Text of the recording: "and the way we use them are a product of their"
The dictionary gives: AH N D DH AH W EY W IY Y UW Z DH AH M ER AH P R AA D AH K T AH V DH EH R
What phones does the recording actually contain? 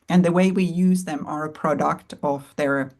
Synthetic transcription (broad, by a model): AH N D DH AH W EY W IY Y UW Z DH AH M ER AH P R AA D AH K T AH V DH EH R